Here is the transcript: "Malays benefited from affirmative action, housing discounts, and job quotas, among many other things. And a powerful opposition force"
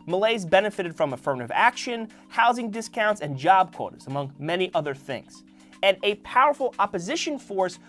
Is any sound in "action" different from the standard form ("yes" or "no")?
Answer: no